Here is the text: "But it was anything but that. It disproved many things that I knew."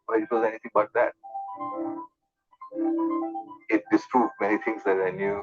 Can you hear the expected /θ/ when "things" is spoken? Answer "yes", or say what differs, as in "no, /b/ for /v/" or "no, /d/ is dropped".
no, /t/ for /θ/